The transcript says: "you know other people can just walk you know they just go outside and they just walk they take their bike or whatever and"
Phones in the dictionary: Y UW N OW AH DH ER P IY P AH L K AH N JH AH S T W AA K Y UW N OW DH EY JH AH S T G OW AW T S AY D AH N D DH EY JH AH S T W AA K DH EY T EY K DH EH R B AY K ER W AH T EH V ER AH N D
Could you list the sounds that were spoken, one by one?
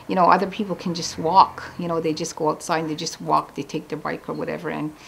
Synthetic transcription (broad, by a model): Y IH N OW AH DH ER P IY P L K AH N JH AH S T W AA K Y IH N OW DH EY JH AH S G OW AW T S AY AH D DH EY JH AH S T W AA K DH EY T EY K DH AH R B AY K ER W AH T EH V ER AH N